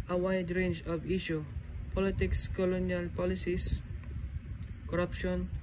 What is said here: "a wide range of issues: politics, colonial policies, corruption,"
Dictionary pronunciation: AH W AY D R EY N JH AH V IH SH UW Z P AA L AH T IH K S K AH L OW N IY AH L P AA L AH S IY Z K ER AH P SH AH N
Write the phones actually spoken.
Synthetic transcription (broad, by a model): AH W AY D R EY N JH AH V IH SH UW P AA L AH T IH K S K AH L OW N IY AH L P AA L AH S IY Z K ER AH P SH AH N